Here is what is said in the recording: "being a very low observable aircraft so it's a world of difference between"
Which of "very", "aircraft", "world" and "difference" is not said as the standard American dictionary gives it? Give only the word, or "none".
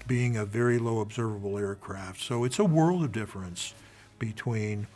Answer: none